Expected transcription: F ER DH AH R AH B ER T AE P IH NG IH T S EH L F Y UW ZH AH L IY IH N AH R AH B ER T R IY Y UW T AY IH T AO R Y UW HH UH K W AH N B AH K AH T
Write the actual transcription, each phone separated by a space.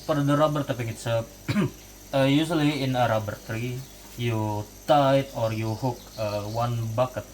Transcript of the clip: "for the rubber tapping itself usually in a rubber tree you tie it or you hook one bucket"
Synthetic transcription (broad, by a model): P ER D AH R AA B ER T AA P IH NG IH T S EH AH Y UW S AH L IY IH N AH R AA B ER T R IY Y UW T AY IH T AO R Y UW HH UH K W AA N B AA K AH T